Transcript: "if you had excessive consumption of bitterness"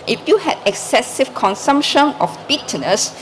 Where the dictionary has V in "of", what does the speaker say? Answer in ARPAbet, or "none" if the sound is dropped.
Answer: F